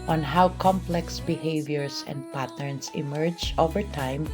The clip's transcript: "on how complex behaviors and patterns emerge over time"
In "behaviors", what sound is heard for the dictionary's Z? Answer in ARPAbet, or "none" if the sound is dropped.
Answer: S